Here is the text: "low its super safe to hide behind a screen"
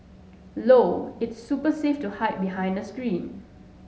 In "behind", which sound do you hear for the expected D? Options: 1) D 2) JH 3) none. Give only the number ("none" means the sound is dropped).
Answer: 1